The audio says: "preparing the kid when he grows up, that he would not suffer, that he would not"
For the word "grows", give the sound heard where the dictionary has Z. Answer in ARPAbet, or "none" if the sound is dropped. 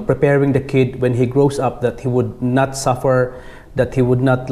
S